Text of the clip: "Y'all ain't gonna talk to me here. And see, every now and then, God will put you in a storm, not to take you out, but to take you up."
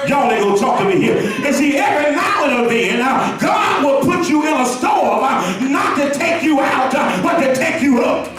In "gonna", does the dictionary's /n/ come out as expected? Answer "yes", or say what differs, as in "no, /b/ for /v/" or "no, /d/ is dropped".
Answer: no, /n/ is dropped